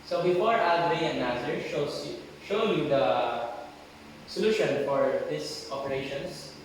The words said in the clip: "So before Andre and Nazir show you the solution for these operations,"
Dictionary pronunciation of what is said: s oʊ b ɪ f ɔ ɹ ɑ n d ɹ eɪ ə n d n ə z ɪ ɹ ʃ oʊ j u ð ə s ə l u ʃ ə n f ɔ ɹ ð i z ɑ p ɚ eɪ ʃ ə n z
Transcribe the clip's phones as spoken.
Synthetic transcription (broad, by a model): s oʊ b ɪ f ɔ ɹ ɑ d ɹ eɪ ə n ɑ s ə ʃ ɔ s ʃ oʊ j u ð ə s ə l u ʃ ə n f ɔ ɹ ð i s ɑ p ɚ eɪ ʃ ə n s